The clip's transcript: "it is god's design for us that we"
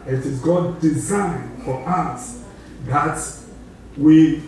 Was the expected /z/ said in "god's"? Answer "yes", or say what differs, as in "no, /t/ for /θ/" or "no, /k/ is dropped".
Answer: no, /z/ is dropped